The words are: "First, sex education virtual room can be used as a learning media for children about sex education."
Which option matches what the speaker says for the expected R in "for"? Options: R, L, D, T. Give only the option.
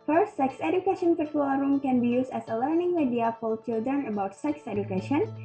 L